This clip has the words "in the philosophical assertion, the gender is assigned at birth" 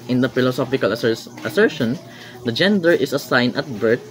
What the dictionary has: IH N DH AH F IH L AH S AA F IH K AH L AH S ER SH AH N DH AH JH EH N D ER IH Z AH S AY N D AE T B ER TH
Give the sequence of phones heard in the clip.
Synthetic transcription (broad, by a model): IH N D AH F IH L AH S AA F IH K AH L AH S ER SH AH N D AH JH EH N D ER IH S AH S AY N AH T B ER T